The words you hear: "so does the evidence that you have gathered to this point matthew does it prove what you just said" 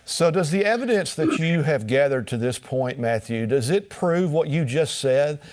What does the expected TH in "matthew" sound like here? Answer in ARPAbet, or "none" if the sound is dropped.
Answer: TH